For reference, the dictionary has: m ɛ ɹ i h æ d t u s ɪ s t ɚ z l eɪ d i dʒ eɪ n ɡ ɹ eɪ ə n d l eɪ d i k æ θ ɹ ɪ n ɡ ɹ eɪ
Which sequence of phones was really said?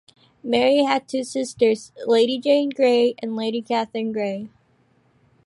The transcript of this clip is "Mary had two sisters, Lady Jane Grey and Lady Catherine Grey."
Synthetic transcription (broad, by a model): m ɛ ɹ i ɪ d t u s ɪ s t ɚ z l eɪ d i dʒ eɪ n ɡ ɹ eɪ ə n l eɪ d i k æ θ ɹ ɪ n ɡ ɹ eɪ